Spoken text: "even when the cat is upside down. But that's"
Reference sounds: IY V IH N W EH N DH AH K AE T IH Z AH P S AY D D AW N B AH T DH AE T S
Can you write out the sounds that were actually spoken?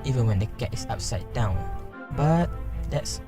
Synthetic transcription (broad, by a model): IY V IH N W EH N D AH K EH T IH S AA P S AY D D AW N B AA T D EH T S